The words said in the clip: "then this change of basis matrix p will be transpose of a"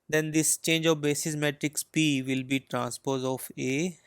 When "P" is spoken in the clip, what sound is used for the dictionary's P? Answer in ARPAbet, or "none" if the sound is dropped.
P